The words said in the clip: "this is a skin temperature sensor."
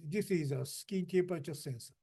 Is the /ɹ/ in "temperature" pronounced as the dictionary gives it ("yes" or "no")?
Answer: no